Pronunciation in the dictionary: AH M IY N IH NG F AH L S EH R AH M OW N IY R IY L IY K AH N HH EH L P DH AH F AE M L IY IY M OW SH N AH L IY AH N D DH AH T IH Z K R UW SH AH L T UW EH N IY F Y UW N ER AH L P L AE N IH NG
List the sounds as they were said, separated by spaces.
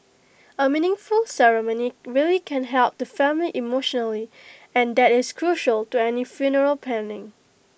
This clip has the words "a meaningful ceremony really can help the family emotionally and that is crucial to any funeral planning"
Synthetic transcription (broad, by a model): AH M IY N IH NG F AH L S EH R AH M OW N IY R IY L IY K AH N HH EH L P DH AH F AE M L IY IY M OW SH N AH L IY AH N D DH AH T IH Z K R UW SH AH L T UW EH N IY F Y UW N ER AH L P AE N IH NG